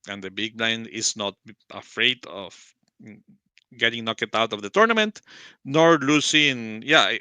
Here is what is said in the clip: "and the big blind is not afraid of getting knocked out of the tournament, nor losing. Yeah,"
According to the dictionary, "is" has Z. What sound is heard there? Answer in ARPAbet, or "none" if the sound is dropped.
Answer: S